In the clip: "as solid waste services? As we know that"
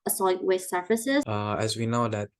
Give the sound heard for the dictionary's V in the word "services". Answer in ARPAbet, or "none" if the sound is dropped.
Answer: F